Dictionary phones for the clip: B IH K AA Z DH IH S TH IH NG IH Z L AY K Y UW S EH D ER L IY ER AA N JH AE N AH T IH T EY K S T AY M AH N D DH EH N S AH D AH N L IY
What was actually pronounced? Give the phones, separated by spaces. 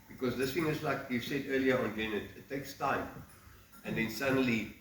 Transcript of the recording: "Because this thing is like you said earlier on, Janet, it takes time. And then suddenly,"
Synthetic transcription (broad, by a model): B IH K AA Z DH IH S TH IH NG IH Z L AY K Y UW S EH D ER L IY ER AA N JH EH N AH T IH T EY K S T AY M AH N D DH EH N S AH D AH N L IY